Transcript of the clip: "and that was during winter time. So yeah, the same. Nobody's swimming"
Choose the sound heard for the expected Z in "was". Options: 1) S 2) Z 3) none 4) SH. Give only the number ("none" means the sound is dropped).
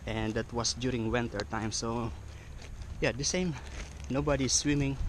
1